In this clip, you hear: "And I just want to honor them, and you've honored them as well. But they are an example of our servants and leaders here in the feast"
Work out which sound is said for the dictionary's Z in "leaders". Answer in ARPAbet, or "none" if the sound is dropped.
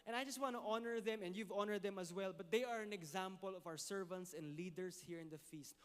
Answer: S